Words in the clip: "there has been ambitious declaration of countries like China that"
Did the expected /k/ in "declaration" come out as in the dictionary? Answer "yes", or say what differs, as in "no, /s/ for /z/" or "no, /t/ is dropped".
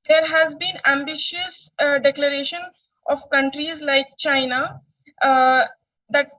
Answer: yes